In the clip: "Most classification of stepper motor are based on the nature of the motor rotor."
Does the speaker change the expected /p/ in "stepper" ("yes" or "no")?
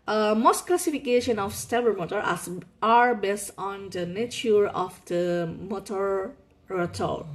yes